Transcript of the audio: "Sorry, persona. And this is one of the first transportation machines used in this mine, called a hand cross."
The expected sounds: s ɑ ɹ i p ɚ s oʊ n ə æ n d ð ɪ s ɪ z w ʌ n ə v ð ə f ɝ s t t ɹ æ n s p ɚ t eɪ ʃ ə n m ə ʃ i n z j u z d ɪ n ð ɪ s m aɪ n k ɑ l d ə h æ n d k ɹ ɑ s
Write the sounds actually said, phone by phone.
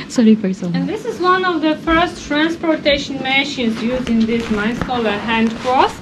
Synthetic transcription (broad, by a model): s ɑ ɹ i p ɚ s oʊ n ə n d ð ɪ s ɪ z w ʌ n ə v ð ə f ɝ s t t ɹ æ n s p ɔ t eɪ ʃ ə n m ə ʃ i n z j u z d ɪ n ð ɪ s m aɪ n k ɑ l ə h æ n d k ɹ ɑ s